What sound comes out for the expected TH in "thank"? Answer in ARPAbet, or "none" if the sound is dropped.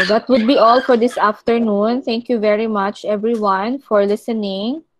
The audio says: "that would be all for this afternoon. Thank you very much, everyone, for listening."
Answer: T